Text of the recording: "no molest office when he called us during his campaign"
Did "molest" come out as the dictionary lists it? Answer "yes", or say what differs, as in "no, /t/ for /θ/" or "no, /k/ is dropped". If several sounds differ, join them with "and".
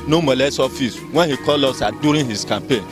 no, /t/ is dropped